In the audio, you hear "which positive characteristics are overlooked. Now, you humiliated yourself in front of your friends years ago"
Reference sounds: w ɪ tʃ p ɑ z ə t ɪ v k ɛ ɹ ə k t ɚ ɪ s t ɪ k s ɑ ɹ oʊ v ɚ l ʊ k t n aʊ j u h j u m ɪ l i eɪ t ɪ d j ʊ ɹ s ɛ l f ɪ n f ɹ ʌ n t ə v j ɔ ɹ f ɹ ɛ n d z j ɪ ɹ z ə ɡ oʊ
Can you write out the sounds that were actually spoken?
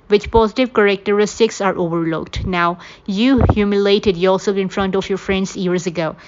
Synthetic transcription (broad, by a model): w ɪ tʃ p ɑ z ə t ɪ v k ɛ ɹ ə k t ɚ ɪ s t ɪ k s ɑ ɹ oʊ v ɚ l ʊ k t n aʊ j u h j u m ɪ l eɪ t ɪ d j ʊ l s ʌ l ɪ n f ɹ ʌ n t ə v j ɔ ɹ f ɹ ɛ n d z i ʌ ɹ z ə ɡ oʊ